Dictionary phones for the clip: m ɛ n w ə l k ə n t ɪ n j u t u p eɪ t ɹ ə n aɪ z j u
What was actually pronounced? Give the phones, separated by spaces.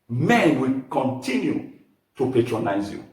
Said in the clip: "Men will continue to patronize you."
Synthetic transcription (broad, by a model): m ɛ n w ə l k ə n t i n j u t u p eɪ t ɹ ə n aɪ z j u